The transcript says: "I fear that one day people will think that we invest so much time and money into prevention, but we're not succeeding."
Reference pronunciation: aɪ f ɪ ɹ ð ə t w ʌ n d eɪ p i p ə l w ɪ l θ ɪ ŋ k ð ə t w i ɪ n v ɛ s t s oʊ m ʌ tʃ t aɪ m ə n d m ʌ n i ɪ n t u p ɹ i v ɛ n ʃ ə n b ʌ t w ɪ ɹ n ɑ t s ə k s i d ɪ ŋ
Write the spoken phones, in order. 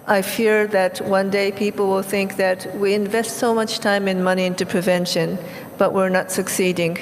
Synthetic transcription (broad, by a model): aɪ f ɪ ɹ ð ə t w ʌ n d eɪ p i p l w ɪ l θ ɪ ŋ k ð ə t w i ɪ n v ɛ s t s oʊ m ʌ tʃ t aɪ m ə n m ʌ n i ɪ n t u p ɹ i v ɛ n ʃ ə n b ʌ t w ɪ ɹ n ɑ t s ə k s i d ɪ ŋ